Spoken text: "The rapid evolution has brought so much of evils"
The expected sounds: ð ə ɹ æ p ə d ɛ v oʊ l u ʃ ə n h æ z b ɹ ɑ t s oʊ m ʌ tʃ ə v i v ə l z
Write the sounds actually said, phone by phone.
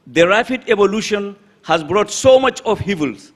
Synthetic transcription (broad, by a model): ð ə ɹ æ f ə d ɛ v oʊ l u ʃ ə n h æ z b ɹ ɑ t s oʊ m ʌ tʃ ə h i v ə l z